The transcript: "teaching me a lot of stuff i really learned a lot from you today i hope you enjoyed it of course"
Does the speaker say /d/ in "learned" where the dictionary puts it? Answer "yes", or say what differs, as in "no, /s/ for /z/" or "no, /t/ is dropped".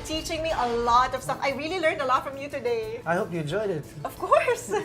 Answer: yes